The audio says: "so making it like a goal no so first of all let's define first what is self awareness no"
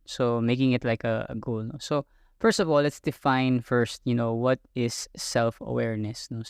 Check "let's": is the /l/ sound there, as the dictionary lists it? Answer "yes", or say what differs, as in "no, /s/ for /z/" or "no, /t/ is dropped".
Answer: yes